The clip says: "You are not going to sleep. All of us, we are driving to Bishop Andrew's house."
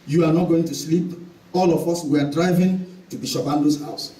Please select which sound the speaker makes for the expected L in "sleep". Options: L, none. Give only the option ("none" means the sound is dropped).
L